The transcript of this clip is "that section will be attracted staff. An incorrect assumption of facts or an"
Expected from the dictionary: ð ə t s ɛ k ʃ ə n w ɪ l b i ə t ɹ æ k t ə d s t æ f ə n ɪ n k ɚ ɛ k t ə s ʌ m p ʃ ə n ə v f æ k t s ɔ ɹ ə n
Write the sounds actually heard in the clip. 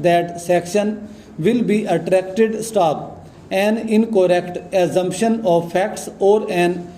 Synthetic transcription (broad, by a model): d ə t s ɛ k ʃ ə n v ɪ l b i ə t ɹ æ k t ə d s t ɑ p ə n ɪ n k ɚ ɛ k t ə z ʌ m p ʃ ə n ə v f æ k t s ɔ ɹ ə n